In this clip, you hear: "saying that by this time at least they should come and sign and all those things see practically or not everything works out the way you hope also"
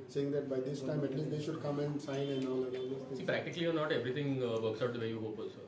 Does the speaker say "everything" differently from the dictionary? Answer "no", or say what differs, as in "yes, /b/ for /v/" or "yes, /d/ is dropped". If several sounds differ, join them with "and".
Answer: yes, /t/ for /θ/